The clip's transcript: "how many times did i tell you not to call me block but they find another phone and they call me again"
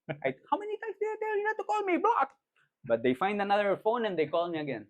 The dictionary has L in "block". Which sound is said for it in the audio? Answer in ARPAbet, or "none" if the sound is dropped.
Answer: none